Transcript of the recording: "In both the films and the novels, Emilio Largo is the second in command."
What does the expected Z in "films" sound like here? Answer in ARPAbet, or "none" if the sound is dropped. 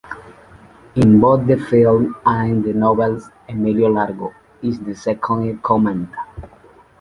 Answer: none